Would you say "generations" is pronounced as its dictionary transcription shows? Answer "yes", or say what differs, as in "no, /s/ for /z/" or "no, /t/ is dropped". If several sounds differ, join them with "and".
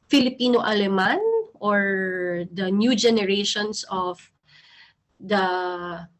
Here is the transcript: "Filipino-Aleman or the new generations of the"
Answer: no, /s/ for /z/